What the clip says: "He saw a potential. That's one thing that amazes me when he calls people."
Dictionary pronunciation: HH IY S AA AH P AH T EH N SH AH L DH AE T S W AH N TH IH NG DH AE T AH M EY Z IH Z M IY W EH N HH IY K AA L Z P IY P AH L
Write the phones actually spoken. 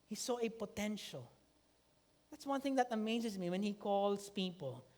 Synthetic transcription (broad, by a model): HH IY S AA AH P AH T EH N SH AH L DH AE T S W AH N TH IH NG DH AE T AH M EY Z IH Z M IY W EH N HH IY K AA L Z P IY P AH L